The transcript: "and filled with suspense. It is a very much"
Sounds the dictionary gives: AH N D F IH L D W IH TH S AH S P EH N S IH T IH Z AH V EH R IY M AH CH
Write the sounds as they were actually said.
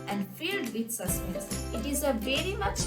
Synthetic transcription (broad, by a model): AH N D F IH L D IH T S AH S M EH S IH T IH Z AH V EH R IY M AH CH